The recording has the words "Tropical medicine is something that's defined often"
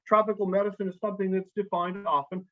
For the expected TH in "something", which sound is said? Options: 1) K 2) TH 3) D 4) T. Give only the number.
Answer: 2